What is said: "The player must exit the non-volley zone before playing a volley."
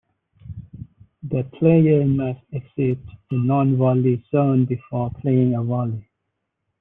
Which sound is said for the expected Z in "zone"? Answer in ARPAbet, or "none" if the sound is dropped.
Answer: S